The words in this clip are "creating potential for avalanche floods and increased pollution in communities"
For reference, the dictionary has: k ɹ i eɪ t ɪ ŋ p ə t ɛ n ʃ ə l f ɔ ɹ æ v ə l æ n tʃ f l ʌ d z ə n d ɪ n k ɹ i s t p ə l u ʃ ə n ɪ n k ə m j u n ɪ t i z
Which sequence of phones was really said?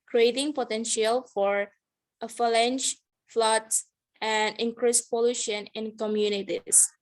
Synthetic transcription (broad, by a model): k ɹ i eɪ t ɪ ŋ p ə t ɛ n ʃ ə l f ɔ ɹ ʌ f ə l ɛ n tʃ f l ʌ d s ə n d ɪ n k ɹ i s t p ə l u ʃ ə n ɪ n k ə m j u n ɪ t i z